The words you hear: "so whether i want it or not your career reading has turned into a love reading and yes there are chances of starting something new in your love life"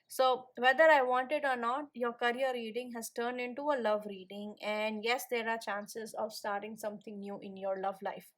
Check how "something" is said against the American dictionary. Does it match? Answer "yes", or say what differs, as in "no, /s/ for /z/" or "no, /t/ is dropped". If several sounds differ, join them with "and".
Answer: no, /t/ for /θ/